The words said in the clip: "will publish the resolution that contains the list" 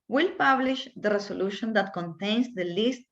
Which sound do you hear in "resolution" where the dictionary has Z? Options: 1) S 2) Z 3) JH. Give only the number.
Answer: 1